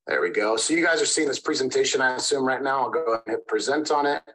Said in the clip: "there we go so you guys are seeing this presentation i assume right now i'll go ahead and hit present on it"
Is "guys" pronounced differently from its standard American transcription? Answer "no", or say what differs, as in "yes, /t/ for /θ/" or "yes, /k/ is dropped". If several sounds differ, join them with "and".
no